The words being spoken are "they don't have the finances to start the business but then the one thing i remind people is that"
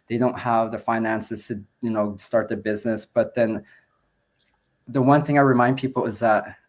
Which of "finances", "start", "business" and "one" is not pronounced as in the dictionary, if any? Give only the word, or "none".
none